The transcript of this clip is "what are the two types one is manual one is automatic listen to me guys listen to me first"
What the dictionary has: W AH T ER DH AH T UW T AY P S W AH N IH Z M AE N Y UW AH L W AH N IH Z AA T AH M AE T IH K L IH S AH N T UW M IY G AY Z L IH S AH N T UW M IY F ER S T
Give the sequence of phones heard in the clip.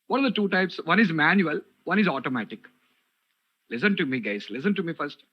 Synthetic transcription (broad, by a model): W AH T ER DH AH T UW T AY P S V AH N IH Z M AE N Y UW AH L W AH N IH Z AA T AH M AE T IH K L IH S AH N T UW M IY G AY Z L IH S AH N T UW M IY F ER S T